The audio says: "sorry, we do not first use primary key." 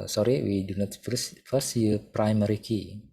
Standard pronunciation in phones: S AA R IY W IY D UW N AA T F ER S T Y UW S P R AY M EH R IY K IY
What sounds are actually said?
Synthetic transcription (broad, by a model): S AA R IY W IY D UW N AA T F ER S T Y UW P R AY M EH R IY K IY